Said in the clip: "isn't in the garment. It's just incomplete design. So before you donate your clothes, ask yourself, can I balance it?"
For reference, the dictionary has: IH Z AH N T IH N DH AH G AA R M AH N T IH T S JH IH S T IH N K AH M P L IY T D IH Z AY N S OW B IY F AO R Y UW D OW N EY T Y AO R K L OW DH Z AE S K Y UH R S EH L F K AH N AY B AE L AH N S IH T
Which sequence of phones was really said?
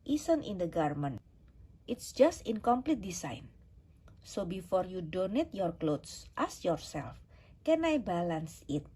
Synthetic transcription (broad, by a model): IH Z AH N T IH N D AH G AA R M AH N T IH T S JH IH S T IH N K AH M P L IY T D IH S AY N S OW B IY F AO R Y UW D OW N EY T Y AO R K L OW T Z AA S Y UH R S EH L F K AH N AY B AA L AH N S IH T